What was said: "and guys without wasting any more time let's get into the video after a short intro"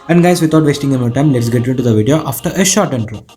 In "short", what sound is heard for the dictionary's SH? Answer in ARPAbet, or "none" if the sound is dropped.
SH